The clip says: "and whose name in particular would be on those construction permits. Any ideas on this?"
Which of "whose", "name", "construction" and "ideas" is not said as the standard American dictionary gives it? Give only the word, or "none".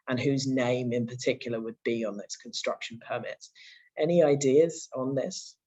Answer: none